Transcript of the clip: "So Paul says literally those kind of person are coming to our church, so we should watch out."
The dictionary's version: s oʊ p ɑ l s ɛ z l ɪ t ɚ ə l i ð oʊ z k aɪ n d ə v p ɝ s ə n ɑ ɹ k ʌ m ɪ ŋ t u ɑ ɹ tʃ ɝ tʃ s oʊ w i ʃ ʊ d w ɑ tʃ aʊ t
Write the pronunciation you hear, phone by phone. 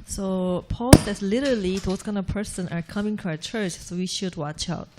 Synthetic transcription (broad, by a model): s oʊ p ɑ l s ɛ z l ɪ t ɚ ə l i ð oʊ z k aɪ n ə v p ɝ s ə n ɑ ɹ k ʌ m ɪ ŋ t u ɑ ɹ tʃ ɝ tʃ s oʊ w i ʃ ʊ d w ɑ tʃ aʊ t